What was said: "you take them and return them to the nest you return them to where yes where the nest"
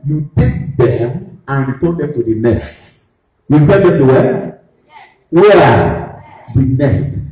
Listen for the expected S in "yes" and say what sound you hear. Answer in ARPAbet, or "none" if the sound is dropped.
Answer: none